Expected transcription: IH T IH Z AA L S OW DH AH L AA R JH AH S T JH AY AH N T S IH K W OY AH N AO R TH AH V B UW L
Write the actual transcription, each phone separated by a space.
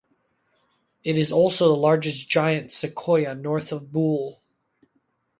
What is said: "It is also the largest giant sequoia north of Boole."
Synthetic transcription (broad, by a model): IH T IH Z AA L S OW DH AH L AA R JH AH S JH AY AH N T S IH K OY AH N AO R TH AH V B UW L